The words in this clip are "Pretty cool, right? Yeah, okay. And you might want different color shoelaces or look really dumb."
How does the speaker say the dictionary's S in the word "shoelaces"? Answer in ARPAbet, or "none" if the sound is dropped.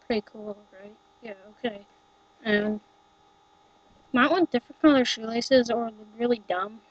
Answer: S